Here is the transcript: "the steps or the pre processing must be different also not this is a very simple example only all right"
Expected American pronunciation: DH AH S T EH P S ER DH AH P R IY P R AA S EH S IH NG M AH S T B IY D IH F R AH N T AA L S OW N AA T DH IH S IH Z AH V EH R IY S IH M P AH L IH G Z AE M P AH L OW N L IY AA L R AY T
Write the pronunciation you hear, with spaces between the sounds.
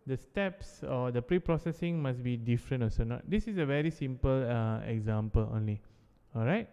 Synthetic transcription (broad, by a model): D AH S T EH P S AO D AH P R IY P R AA S EH S IH NG M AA S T B IY D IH F R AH N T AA S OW N AA T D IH S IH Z AH V EH R IY S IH M P AH L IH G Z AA M P AH L OW N L IY AA L R AY T